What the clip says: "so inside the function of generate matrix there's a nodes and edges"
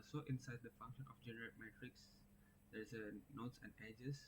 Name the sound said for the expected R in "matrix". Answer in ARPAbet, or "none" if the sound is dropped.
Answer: R